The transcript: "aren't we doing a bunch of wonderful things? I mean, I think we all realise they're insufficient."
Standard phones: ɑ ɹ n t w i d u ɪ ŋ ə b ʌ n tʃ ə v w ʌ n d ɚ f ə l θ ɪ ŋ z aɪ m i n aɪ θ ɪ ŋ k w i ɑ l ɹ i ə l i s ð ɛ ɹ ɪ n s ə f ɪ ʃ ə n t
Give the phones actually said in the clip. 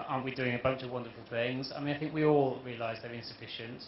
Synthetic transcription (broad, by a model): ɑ n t w i d u ɪ ŋ ə b ʌ n tʃ ə v w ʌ n d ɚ f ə l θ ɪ ŋ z aɪ m i n aɪ θ ɪ ŋ k w i ɑ l ɹ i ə l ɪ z ð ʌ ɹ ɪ n s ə f ɪ ʃ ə n t